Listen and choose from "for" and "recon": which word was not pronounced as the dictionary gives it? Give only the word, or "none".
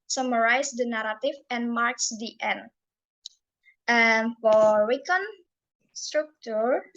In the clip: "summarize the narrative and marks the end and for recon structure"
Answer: recon